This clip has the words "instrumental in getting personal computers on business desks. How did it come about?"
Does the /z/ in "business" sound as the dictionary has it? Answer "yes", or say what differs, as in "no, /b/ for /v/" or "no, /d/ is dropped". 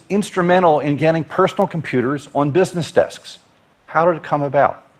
yes